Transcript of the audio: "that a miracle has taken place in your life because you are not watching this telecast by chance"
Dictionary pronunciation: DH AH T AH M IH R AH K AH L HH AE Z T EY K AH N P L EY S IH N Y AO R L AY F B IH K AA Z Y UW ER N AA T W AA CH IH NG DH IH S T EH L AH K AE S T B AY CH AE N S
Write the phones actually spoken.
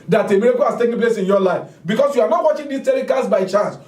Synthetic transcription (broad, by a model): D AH T AH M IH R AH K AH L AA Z T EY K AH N P L EY S IH N Y AO L AY F B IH K AA S Y UW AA N AA T W AA CH IH NG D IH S T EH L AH K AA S B AY CH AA N S